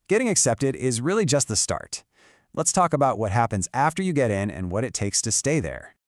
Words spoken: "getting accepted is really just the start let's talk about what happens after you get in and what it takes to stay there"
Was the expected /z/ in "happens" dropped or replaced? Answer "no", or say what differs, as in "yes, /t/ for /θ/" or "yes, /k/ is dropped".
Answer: no